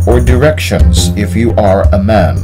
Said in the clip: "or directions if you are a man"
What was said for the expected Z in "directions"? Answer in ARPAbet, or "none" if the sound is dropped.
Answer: Z